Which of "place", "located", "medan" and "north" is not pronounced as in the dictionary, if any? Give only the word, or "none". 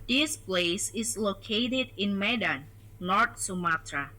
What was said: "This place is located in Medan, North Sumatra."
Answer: north